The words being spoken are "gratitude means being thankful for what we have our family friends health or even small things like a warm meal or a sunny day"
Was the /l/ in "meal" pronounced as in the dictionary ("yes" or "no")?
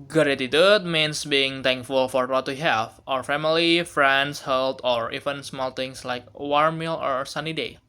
yes